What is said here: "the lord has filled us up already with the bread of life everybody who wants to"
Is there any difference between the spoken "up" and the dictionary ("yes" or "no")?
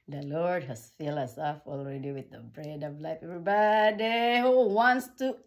yes